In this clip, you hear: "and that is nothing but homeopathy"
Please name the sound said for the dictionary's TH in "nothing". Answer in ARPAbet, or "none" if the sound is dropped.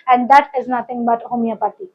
T